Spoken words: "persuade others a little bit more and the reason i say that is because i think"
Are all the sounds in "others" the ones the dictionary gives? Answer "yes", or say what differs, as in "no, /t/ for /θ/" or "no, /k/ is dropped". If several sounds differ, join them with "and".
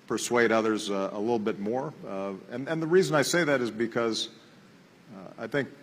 yes